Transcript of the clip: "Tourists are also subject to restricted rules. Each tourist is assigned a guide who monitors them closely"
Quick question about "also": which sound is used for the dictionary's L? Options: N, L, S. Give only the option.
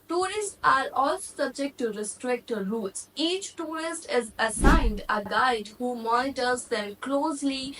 L